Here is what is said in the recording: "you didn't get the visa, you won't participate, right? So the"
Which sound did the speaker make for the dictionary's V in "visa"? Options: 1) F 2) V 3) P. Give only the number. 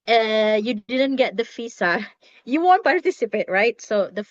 1